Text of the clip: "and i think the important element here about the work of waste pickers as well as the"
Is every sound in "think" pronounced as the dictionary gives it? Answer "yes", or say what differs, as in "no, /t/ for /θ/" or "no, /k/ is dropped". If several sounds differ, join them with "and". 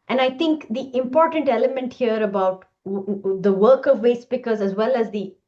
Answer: no, /t/ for /θ/